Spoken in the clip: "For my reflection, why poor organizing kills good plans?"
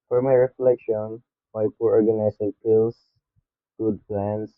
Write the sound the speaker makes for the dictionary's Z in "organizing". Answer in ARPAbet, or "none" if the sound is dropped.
S